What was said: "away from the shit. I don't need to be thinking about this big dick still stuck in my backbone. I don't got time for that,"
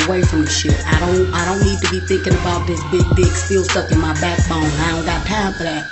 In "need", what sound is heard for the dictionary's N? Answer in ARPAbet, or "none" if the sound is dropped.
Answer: N